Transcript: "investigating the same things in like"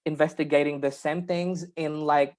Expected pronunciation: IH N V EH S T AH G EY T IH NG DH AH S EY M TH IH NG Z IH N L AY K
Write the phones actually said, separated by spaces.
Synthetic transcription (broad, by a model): IH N V EH S T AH G EY T IH NG DH AH S EY M TH IH NG Z IH N L AY K